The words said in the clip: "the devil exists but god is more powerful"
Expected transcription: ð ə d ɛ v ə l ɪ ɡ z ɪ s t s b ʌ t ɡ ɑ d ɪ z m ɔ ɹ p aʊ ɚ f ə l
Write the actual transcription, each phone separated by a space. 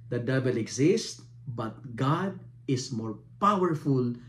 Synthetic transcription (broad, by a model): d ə d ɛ b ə l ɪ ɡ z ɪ s t b ʌ t ɡ ɑ d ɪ s m ɔ ɹ p aʊ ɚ f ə l